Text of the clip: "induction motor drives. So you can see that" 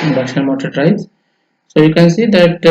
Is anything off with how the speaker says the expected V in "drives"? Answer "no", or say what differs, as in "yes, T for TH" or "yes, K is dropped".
yes, V is dropped